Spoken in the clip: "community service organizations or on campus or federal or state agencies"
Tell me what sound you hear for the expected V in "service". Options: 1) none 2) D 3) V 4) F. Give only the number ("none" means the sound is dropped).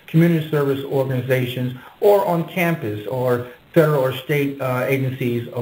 3